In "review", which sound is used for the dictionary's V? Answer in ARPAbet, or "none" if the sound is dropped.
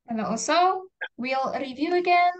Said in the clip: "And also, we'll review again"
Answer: V